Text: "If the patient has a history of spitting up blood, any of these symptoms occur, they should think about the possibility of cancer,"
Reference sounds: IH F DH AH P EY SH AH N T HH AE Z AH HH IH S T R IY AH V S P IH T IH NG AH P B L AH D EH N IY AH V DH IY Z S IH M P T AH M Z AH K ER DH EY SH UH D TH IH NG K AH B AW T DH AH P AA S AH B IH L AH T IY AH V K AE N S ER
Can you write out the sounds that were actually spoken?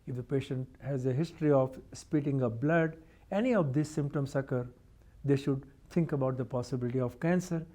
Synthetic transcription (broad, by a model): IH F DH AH P EY SH AH N T HH AE Z AH HH IH S T R IY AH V S P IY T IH NG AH B L AH D EH N IY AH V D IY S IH M P T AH M S AH K ER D EY SH UH D T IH NG K AH B AW T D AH P AA S AH B IH L AH T IY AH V K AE N S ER